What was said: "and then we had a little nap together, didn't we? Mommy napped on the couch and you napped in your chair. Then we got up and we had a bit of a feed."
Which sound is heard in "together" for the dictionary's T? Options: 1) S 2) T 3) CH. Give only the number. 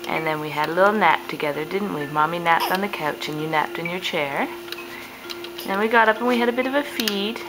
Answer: 2